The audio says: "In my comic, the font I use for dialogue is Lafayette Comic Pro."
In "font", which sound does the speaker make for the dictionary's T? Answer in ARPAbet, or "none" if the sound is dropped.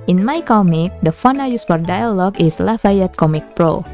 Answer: none